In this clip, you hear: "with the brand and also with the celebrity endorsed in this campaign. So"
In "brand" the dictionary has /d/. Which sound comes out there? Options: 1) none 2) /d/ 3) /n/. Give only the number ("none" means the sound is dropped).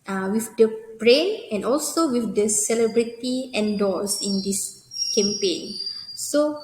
1